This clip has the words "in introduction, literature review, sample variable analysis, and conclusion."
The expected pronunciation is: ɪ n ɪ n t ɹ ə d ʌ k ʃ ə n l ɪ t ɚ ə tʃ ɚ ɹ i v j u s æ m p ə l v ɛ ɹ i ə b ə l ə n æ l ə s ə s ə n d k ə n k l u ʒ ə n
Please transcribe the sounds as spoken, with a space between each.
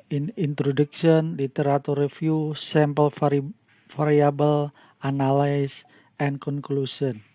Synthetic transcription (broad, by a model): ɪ n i n t ɹ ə d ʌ k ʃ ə n l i t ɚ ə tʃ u ɹ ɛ f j u s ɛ m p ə l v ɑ ɹ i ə b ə l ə n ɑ l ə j s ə n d k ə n k l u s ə n